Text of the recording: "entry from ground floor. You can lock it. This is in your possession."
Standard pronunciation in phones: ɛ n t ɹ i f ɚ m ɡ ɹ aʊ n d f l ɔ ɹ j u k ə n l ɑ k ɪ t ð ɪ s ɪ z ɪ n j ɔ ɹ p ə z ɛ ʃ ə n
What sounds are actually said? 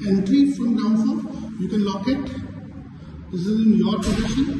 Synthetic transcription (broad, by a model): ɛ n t ɹ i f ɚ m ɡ aʊ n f ɔ j u k ə n l ɑ k ɪ t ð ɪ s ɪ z ɪ n j ɔ ɹ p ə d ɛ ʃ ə n